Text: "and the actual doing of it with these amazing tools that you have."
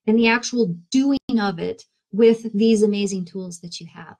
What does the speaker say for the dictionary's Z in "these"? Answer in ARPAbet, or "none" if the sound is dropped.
Z